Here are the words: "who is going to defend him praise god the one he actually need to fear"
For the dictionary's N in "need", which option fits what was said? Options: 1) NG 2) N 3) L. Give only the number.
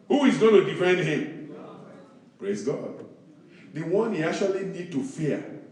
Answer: 2